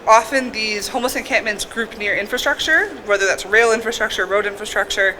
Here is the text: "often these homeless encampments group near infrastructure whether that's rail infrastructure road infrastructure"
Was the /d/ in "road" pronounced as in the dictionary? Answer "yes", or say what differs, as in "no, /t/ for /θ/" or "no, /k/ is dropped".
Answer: yes